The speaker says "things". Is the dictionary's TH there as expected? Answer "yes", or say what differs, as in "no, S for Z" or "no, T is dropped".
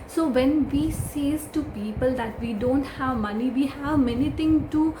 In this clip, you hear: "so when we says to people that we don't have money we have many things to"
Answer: no, T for TH